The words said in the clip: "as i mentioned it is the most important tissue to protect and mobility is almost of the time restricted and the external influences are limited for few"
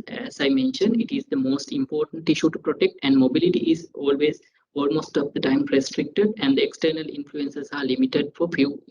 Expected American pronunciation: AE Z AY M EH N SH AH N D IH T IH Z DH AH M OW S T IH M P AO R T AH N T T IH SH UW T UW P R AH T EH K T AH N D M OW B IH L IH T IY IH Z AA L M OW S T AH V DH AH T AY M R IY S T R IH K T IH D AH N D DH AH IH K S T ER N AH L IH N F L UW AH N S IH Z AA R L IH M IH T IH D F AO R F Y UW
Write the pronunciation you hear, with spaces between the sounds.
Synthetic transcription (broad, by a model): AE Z AY M EH N SH AH N D IH T IH Z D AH M OW S T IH M P AO R T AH N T T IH SH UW T UW P R AH T EH K T AH N D M OW B IH L IH T IY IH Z AA L M OW S T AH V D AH T AY M R IY S T R IH K T IH D AH N D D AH IH K S T ER N AH L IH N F L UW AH N S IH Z AA R L IH M IH T IH D F AO R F Y UW